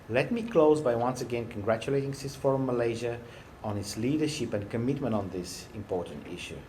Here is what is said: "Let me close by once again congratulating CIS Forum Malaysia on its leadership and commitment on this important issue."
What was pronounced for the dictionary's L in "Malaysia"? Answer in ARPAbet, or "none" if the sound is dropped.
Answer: L